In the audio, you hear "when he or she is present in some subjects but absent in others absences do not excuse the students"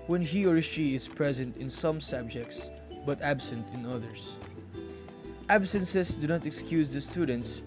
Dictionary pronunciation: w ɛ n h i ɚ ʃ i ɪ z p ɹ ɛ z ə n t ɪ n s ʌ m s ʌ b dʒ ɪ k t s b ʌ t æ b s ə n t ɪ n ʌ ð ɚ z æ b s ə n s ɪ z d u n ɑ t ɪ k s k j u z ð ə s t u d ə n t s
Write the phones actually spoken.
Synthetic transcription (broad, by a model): w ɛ n h i ɚ ʃ i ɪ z p ɹ ɛ z ə n t ɪ n s ʌ m s ʌ b dʒ ɪ k t s b ʌ t æ b s ə n t ɪ n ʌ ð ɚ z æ b s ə n s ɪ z d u n ɑ t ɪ k s k j u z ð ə s t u d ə n t s